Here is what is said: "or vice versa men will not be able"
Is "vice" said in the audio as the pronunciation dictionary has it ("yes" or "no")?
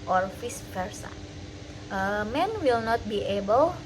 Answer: no